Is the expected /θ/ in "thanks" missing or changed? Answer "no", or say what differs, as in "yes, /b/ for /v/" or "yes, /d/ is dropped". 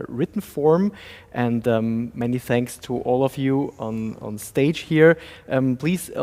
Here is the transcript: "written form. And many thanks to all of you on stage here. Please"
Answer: no